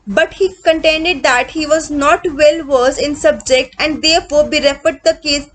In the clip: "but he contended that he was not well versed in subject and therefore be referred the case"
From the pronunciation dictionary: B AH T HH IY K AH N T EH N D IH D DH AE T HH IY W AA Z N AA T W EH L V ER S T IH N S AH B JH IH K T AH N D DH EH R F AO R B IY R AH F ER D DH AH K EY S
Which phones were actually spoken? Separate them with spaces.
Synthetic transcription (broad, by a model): B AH T HH IY K AH N T EH N D IH D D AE T HH IY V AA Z N AA T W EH L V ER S IH N S AH B JH IH K T AH N D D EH R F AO R B IY R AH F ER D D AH K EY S